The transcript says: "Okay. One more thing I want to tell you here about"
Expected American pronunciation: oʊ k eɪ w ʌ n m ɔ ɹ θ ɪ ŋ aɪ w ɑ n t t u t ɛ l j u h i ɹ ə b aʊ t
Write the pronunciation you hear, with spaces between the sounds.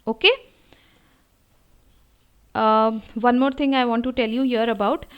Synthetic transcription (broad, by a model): oʊ k eɪ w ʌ n m ɔ ɹ t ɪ ŋ aɪ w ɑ n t t u t ɛ l j u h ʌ ɹ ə b aʊ t